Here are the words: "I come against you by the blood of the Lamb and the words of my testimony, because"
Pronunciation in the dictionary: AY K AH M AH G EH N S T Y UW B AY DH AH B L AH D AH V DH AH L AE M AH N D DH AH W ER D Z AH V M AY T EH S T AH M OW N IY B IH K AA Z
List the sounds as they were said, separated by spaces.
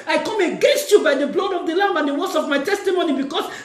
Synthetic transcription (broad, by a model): AY K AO M AH G EH N S T Y UW B AY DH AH B L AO D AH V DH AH L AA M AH N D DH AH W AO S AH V M AY T EH S T AH M OW N IY B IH K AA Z